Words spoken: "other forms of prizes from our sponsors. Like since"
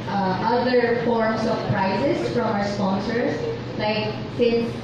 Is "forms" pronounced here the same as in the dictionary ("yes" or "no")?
no